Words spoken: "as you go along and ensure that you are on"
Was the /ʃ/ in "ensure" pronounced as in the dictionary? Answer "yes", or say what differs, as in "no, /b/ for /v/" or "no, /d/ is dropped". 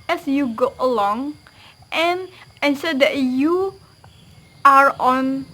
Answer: no, /s/ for /ʃ/